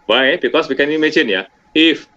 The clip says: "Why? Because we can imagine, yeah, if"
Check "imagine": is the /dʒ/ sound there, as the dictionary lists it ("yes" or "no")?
no